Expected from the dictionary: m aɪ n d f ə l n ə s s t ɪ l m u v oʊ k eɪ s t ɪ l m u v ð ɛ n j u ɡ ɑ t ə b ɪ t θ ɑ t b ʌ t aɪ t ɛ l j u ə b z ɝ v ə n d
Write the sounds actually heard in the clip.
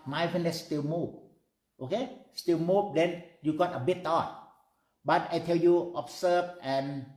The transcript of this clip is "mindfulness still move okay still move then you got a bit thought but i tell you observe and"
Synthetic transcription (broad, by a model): m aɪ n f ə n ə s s t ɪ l m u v oʊ k eɪ s t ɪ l m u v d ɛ n j u ɡ ɑ t ə b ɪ t t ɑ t b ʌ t aɪ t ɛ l j u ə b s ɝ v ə n